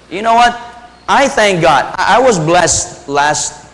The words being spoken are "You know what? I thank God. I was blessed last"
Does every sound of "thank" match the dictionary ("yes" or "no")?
yes